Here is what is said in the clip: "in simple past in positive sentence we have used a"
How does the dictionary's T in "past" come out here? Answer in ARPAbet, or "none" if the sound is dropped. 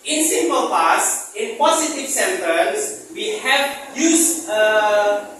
none